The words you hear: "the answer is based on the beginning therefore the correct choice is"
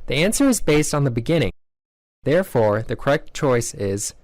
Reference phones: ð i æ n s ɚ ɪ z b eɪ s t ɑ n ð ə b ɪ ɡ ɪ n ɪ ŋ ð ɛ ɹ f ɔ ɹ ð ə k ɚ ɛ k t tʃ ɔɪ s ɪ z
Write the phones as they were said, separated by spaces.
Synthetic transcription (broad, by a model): ð i æ n s ɚ ɪ z b eɪ s t n ð ə b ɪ ɡ ɪ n ɪ ŋ ð ɛ ɹ f ɔ ɹ ð ə k ɚ ɛ k t tʃ ɔɪ s ɪ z